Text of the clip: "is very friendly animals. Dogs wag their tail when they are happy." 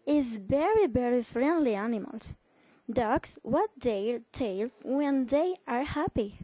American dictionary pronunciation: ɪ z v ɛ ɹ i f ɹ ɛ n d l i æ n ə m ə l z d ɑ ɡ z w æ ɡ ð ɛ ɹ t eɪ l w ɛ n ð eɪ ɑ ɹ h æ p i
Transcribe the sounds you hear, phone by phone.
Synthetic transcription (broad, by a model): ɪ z v ɛ ɹ i f ɹ ɛ n d l i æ n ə m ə l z d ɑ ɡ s w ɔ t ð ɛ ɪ t eɪ l w ɛ n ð eɪ ɑ ɹ h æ p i